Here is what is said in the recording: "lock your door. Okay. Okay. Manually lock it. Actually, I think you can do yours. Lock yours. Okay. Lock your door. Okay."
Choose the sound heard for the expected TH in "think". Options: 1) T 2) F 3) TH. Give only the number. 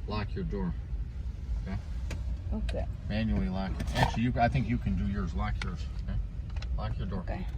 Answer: 3